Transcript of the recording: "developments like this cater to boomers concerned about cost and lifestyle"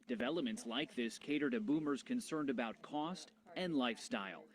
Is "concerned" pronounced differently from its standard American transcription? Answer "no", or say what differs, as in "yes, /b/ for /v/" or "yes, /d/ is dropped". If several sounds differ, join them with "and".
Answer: no